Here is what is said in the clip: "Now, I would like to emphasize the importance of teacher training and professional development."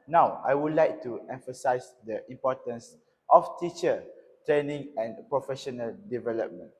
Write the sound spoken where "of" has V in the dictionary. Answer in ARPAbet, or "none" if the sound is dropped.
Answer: F